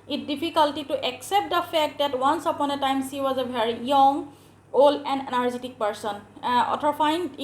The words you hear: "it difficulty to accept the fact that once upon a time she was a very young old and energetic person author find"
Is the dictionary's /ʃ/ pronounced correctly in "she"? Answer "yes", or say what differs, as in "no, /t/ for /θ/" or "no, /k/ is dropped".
no, /s/ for /ʃ/